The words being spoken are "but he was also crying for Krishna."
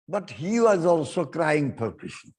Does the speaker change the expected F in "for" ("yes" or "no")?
yes